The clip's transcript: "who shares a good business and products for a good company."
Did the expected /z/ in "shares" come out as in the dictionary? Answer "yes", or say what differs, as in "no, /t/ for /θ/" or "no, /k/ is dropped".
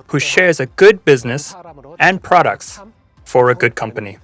yes